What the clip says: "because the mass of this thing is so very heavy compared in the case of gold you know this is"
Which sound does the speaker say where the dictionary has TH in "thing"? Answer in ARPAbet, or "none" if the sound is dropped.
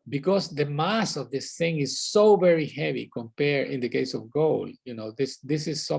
TH